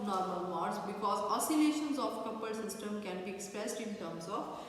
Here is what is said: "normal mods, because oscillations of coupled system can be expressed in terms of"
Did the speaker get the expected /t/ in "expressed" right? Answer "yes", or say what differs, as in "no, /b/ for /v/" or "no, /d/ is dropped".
yes